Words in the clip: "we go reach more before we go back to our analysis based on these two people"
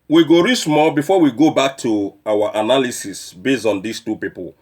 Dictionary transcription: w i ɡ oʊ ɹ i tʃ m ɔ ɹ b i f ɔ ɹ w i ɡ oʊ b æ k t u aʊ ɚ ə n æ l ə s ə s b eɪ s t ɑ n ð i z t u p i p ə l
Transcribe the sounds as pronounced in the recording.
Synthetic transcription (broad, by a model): w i ɡ oʊ ɹ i s m ɔ l b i f ɔ w i ɡ oʊ b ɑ k t u aʊ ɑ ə n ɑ l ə s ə s b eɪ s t ɑ n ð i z t u p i p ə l